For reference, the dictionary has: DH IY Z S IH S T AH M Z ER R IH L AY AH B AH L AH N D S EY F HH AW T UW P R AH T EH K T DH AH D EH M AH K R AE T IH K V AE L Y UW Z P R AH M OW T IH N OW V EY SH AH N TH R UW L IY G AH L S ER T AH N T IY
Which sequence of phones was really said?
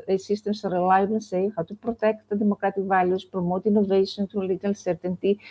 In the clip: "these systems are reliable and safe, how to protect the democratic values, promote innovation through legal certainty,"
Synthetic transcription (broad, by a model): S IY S S T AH M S R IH L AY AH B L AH N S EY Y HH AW T UW P R AH T EH K T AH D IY M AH K R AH T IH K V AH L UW S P R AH M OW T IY N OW V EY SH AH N T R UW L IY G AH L S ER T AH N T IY